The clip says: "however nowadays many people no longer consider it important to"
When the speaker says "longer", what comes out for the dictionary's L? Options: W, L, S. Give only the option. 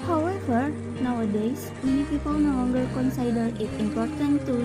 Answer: W